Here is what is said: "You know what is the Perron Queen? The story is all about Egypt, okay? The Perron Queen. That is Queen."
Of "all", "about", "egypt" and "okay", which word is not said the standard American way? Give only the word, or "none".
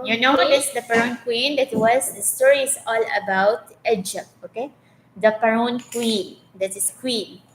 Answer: egypt